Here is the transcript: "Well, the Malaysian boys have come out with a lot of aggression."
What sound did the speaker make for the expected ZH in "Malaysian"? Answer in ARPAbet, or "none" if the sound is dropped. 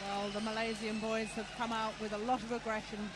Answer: Z